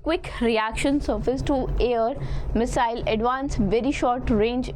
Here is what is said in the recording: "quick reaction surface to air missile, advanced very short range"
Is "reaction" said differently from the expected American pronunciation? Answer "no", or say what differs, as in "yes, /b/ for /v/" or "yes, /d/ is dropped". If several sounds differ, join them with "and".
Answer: no